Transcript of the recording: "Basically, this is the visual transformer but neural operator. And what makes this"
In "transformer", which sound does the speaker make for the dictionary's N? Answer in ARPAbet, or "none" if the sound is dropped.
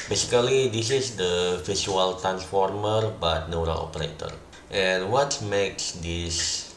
N